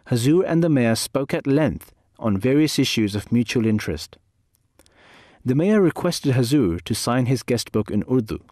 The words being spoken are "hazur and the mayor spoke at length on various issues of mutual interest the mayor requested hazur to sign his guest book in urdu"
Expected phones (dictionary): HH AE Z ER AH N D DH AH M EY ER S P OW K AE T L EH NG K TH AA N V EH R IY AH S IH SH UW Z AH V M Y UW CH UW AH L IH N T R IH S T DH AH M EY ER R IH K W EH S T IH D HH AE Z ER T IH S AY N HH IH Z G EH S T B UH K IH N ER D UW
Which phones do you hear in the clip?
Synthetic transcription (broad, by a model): HH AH Z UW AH N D DH AH M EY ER S P OW K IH T L EH NG K TH N V EH R IY AH S IH SH UW Z AH V M Y UW CH UW AH L IH N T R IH S T DH AH M EY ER R IH K W EH S T IH D HH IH Z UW T IH S AY N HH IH Z G EH S T B UH K IH N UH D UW